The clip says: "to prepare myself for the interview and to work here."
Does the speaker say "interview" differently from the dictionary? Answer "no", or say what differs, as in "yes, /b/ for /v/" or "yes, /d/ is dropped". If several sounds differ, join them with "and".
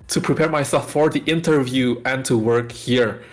no